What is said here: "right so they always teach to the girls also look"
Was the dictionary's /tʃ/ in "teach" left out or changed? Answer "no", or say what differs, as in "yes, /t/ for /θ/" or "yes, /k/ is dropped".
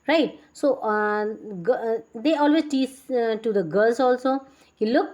yes, /s/ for /tʃ/